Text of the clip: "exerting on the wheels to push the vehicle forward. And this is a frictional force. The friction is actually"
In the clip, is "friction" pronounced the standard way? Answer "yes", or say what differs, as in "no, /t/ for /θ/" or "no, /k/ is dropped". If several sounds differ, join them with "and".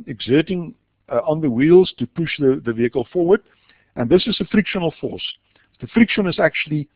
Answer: yes